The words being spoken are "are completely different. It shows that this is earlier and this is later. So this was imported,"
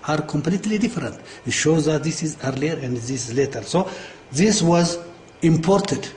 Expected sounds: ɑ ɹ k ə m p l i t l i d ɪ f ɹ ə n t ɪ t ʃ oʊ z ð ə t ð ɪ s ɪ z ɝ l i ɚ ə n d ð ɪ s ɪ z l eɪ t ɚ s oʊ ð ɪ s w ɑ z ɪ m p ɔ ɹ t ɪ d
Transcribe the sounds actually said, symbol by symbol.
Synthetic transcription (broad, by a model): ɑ ɹ k ə m p l i t l i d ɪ f ɹ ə n t ɪ t ʃ oʊ z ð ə t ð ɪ s ɪ z ɝ l i ɚ ə n d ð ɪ s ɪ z l eɪ t ɚ s oʊ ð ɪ s w ɑ z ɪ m p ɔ ɹ t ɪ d